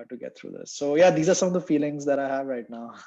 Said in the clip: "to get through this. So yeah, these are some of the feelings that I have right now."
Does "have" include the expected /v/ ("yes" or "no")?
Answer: yes